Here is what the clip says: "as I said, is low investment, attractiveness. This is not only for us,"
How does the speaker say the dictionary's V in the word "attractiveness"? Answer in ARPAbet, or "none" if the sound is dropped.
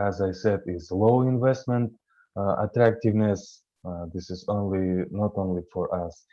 V